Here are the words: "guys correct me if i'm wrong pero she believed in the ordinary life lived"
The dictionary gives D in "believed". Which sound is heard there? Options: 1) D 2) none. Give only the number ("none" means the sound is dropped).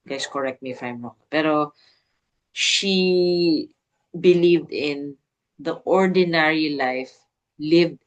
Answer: 1